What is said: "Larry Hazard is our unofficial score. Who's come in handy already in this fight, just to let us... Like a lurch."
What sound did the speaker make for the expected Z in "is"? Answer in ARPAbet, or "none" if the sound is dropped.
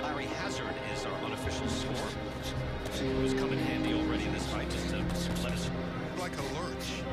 Z